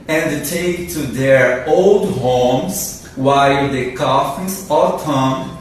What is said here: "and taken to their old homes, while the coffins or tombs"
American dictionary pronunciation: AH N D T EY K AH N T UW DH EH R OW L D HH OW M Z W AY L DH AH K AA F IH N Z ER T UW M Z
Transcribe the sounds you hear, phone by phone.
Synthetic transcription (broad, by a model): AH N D T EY AH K T UW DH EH R OW L D HH OW M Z W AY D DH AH K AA F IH Z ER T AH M